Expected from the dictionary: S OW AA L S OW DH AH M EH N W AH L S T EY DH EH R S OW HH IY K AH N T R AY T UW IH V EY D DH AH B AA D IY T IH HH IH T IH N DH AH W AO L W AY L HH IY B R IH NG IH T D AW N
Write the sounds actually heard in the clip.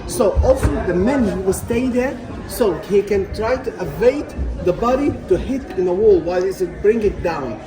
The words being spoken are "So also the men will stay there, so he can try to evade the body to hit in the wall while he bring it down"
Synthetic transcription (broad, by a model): S OW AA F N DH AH M EH N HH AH W S T EY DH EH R S OW HH IY K AH N T R AY T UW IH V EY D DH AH B AA D IY T IH HH IH T IH N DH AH W AO L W AY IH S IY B R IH NG IH T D AW N